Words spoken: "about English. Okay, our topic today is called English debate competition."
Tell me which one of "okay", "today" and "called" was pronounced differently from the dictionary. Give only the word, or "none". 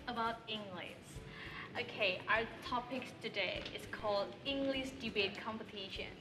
none